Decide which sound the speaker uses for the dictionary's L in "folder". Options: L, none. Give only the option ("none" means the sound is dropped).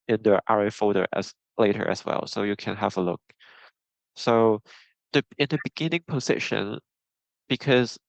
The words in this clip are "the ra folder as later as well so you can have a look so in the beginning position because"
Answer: none